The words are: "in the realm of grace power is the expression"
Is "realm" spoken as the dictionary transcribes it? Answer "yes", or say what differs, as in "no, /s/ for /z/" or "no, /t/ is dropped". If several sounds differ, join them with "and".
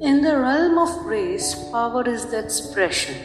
yes